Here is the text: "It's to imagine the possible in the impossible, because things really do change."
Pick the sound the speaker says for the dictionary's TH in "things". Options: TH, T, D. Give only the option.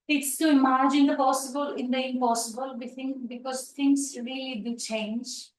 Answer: T